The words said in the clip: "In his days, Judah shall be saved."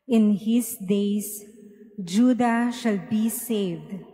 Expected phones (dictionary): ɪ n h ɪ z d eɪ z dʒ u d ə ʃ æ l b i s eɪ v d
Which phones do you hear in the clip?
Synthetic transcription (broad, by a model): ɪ n h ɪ s d eɪ s dʒ u d ə ʃ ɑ l b i s eɪ v d